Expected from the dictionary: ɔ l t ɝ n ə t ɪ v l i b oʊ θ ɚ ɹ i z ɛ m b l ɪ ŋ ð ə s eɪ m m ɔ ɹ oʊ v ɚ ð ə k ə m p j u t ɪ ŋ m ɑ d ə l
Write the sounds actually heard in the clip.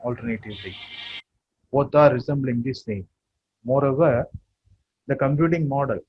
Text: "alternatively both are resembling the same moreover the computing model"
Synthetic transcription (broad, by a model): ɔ l t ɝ n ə t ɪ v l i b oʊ t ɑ ɹ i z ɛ m b l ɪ ŋ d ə s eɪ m m ɔ ɹ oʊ v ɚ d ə k ə m p j u t ɪ ŋ m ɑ d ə l